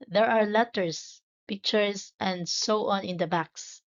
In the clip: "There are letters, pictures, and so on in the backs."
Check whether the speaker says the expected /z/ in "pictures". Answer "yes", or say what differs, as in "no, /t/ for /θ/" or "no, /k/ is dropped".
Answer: no, /s/ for /z/